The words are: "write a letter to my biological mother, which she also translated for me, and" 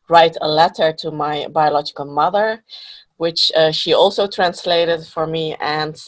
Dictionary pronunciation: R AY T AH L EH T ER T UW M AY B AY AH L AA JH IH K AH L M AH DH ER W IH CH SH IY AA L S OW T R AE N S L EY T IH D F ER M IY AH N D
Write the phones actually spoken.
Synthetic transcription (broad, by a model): R AY T AH L EH T ER T UW M AY B AY AH L AA JH IH K AH L M AH DH ER W IH CH SH IY AA L S OW T R AE N S L EY T IH D F ER M IY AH N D